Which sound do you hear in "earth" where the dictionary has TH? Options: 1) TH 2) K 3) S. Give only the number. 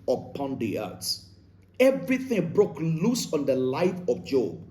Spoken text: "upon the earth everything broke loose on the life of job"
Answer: 3